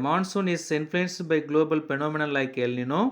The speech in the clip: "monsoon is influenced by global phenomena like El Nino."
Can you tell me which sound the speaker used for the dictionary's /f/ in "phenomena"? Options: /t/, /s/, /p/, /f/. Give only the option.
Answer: /p/